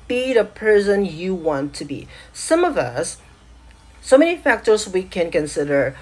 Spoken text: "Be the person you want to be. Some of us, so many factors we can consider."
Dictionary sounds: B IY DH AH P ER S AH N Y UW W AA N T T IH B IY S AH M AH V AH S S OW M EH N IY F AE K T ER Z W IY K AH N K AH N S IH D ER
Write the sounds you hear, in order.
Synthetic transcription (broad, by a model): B IY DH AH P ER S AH N Y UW W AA N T T IH B IY S AH M AH V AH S S OW M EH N IY F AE K T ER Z W IY K AH N K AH N S IH D ER